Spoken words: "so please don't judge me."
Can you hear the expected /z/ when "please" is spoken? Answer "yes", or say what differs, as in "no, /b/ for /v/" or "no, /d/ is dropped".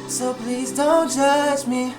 yes